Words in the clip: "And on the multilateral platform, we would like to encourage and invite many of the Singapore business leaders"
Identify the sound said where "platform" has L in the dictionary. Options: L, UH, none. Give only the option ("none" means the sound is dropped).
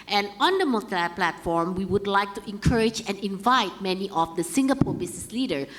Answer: L